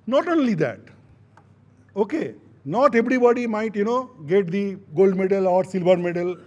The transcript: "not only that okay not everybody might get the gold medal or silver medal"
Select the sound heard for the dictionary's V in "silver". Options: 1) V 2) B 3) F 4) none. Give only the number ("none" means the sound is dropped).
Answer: 2